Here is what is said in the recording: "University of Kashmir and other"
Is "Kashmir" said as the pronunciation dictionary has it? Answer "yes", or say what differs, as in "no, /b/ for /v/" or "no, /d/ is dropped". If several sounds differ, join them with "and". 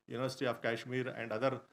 yes